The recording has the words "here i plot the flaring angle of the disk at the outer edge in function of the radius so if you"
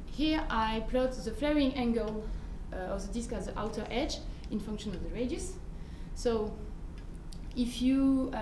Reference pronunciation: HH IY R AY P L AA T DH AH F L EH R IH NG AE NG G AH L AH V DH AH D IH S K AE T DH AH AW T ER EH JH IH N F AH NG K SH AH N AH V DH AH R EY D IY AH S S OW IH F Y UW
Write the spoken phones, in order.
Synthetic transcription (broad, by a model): HH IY R AY P L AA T DH AH F L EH R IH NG AE NG G AH L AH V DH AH D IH S K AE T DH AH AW T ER EH JH IH N F AH NG K SH AH N AH V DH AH R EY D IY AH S S OW IH F Y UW